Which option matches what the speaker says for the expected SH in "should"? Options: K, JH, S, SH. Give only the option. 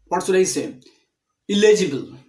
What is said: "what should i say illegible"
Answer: S